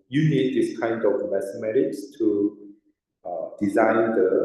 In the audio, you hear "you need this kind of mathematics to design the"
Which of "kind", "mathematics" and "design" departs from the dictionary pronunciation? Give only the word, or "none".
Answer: mathematics